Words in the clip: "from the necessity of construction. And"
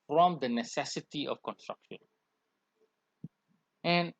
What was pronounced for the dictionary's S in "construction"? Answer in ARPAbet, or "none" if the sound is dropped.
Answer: S